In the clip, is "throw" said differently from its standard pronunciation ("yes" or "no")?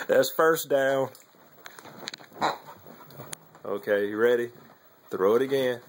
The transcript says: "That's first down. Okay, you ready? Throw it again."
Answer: no